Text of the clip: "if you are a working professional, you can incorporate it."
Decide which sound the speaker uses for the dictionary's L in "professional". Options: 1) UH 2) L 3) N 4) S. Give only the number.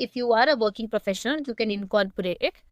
3